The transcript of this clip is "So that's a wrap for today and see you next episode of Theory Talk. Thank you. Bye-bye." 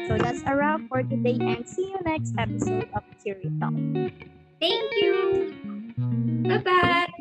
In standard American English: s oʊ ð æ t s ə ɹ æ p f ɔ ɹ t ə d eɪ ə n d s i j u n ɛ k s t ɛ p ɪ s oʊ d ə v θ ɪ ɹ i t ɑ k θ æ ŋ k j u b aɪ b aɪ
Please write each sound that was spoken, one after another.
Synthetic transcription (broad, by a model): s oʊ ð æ t s ə ɹ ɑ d f ɔ ɹ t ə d eɪ ə n d s i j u n ɛ k s t ɛ p ɪ s oʊ d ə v t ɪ ɹ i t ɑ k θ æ ŋ k j u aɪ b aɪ